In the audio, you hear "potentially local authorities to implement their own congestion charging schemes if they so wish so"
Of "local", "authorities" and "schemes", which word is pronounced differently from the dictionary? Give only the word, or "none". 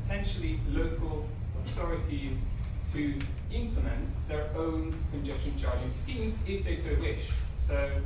none